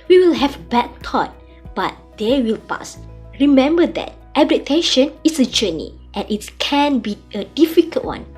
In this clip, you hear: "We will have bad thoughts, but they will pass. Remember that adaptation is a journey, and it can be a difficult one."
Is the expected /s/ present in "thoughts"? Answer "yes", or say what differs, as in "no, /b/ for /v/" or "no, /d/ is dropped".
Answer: no, /s/ is dropped